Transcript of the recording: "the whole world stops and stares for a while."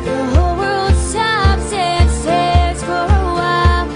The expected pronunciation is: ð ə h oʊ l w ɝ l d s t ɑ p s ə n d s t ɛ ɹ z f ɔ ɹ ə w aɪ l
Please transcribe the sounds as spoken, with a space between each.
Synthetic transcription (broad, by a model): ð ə h oʊ l w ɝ l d s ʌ b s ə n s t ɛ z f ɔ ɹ ə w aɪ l